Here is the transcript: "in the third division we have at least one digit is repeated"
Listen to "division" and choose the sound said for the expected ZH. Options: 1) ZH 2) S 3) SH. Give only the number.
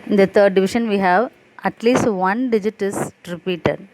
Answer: 3